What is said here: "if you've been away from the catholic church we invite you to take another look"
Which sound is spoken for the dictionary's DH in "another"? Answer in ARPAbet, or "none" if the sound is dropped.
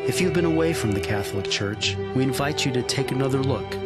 DH